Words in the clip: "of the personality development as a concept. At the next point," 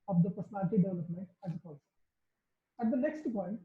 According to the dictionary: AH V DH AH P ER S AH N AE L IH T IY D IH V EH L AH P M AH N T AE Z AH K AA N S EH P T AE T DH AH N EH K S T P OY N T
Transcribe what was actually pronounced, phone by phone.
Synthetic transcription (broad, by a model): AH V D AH P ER S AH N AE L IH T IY D IH V EH L AH P M AH N T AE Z AH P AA L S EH AE T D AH N EH K S T P OY N T